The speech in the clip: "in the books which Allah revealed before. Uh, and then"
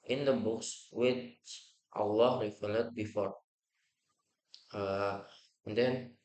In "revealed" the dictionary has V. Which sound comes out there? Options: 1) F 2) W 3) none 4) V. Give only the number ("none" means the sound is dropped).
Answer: 1